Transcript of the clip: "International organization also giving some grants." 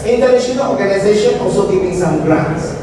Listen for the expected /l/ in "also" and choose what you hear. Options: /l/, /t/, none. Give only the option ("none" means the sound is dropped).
/l/